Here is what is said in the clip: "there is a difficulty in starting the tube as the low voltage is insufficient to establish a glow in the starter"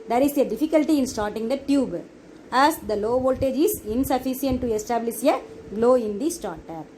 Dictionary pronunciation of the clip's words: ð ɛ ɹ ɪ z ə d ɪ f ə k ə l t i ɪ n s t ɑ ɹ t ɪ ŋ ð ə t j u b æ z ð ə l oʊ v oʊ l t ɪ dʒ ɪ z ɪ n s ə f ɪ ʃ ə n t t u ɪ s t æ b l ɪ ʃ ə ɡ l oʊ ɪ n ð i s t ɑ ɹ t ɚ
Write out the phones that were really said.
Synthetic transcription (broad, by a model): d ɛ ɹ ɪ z ə d ɪ f ə k ə l t i ɪ n s t ɑ ɹ t ɪ ŋ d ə t j u b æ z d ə l oʊ v oʊ l t ɪ dʒ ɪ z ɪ n s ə f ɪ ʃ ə n t t u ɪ s t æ b l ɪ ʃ ə ɡ l oʊ ɪ n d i s t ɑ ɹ t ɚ